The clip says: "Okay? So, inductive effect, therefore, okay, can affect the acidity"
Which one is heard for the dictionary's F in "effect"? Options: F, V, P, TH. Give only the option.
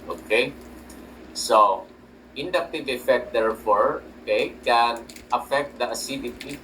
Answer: F